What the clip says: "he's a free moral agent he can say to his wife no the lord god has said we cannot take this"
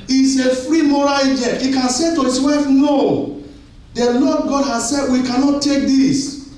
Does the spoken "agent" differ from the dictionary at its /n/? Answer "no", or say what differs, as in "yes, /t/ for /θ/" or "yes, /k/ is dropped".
yes, /n/ is dropped